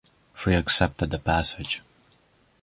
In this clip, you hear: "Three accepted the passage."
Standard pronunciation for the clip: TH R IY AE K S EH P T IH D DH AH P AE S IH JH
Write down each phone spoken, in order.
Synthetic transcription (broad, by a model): F R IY AE K S EH P T IH D DH AH P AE S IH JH